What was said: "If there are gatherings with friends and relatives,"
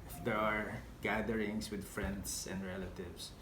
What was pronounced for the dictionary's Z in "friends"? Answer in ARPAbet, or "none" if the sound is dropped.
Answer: S